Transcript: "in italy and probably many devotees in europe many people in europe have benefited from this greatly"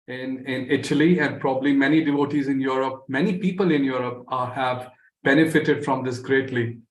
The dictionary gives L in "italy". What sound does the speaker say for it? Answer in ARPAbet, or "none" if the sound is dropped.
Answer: L